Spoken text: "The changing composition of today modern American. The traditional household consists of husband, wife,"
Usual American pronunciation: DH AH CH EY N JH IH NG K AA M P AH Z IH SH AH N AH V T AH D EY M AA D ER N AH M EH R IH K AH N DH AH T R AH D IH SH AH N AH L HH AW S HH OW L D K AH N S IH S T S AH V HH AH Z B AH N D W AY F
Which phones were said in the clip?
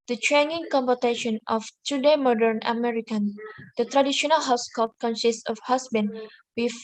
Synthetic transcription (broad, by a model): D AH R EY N IH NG K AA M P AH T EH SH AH N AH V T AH D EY M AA D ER N AH M EH R IH K AH N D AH T R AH D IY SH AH N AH L HH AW S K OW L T K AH N S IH S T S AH F HH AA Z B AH N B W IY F